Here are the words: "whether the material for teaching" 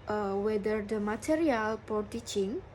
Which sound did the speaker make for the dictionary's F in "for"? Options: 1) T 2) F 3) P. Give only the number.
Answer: 3